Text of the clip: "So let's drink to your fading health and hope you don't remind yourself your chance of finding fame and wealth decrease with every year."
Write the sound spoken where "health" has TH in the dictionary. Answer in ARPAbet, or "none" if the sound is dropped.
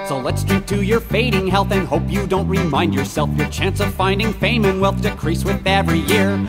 TH